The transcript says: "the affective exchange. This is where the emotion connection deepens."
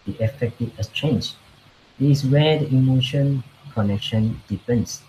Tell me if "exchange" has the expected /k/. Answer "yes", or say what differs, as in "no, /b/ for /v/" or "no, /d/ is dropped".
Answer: no, /k/ is dropped